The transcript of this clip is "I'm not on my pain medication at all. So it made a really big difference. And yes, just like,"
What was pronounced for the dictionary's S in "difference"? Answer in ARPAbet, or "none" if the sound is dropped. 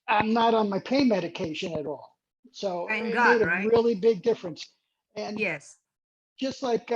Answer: S